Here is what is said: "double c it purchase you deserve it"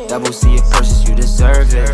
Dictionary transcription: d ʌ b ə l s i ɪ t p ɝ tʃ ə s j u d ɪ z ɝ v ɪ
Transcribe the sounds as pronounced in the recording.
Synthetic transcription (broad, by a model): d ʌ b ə l s i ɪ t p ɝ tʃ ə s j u d ɪ z ɝ v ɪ